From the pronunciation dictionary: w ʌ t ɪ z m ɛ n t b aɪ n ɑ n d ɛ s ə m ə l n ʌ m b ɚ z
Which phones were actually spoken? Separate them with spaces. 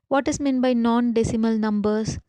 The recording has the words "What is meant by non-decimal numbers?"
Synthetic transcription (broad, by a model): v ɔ t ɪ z m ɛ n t b aɪ n ɑ n d ɛ s ə m ə l n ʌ m b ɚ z